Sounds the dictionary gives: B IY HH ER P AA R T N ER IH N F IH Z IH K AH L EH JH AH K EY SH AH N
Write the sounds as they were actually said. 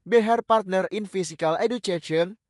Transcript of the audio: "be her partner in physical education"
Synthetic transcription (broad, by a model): B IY HH ER P AA R T N ER IH N F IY S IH K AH L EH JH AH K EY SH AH N